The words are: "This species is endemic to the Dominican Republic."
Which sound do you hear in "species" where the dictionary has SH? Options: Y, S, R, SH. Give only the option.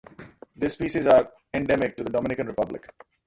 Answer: S